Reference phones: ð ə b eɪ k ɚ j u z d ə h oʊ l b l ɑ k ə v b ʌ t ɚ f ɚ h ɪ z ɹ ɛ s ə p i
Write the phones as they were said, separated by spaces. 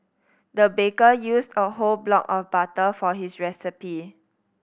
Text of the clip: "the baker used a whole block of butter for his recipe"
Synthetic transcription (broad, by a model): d ə b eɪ k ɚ j u s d ə h oʊ l b l ɑ k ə f b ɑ t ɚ f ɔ h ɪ s ɹ ɛ s ə p i